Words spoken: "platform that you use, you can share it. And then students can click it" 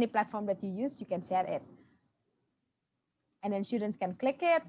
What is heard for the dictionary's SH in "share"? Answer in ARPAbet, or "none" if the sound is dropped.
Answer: S